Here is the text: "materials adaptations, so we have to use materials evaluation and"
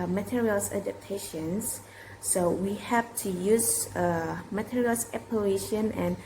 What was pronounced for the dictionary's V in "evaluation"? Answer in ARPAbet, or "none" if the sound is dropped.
P